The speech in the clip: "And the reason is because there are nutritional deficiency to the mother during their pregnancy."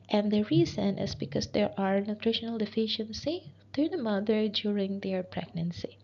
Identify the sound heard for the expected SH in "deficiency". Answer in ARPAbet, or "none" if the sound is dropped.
SH